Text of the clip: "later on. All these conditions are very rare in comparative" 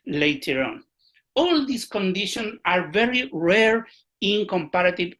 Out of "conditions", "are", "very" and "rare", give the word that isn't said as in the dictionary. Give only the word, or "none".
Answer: conditions